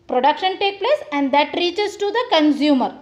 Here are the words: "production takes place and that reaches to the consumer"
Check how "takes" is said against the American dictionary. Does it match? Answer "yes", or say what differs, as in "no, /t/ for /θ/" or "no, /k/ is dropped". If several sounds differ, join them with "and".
no, /s/ is dropped